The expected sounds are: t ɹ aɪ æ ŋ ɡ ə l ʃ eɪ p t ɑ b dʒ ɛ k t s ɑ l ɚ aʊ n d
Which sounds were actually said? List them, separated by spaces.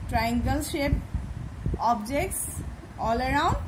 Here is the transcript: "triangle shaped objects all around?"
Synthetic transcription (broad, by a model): t ɹ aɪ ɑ ŋ ɡ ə l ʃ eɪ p ɑ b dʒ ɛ k t s ɑ l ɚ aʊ n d